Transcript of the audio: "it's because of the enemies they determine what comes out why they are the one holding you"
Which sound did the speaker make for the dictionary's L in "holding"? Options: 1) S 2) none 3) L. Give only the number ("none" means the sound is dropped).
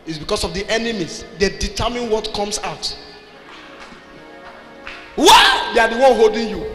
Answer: 3